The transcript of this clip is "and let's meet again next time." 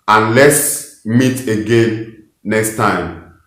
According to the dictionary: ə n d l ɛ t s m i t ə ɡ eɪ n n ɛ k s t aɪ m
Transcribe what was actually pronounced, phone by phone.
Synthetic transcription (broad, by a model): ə n l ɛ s m i t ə ɡ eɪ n n ɛ k s t aɪ m